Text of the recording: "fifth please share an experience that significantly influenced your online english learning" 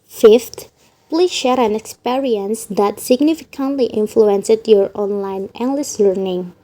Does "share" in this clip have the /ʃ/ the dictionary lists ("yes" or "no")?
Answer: yes